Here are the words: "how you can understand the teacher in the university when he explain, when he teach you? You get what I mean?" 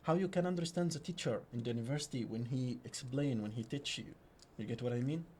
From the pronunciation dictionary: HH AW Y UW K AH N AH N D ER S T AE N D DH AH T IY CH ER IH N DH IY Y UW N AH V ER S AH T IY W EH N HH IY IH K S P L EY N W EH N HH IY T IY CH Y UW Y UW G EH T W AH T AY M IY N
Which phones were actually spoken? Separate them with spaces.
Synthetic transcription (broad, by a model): HH AW Y UW K AH N AH N D ER S T AE N D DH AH T IY CH ER IH N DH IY Y UW N AH V ER S AH T IY W EH N HH IY IH K S P L EY N W EH N HH IY T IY CH Y UW Y UW G EH T W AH T AY M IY N